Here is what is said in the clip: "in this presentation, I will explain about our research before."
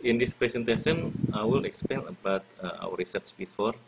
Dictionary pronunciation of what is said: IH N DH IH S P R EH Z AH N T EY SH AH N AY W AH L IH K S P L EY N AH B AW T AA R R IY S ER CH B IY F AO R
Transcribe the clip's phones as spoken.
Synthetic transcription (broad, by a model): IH N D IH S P R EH S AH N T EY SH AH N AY W AH L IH K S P EY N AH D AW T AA W R IY S ER CH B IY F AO R